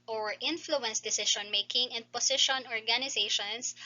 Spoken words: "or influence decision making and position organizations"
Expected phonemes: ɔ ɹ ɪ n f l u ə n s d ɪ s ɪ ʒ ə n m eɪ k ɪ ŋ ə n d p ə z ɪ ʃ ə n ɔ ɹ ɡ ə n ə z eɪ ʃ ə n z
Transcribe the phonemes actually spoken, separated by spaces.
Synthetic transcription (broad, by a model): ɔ ɹ ɪ n f l u ə n s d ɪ s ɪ ʃ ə n m eɪ k ɪ ŋ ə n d p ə s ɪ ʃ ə n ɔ ɹ ɡ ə n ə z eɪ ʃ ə n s